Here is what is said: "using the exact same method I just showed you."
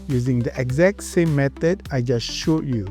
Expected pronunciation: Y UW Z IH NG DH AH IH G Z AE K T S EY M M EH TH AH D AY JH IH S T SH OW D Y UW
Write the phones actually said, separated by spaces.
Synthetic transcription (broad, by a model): Y UW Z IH NG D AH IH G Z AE K T S EY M M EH T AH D AY JH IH S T SH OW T Y UW